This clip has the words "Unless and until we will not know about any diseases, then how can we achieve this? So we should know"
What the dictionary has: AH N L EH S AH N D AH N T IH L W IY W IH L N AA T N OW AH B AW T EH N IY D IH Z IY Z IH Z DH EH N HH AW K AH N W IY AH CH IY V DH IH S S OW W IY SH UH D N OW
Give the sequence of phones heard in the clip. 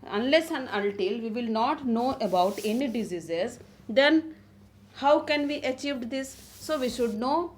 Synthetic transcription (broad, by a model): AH N L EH S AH N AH L T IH L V IY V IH L N AA T N OW AH B AW T EH N IY D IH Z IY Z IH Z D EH N HH AW K AH N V IY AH CH IY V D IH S S OW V IY SH UH D N OW